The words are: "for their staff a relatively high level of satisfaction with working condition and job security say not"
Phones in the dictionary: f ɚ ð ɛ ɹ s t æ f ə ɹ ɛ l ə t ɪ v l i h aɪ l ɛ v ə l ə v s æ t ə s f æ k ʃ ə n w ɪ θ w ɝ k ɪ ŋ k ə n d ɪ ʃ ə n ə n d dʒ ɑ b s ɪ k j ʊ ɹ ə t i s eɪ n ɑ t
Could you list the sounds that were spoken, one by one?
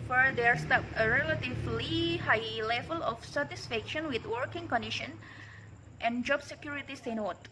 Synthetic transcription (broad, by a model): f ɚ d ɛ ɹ s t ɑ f ə ɹ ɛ l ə t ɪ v l i h aɪ l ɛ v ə l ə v s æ t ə s f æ k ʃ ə n w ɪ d w ɝ k ɪ ŋ k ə n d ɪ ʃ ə n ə n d dʒ ɑ b s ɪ k j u ɹ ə t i s eɪ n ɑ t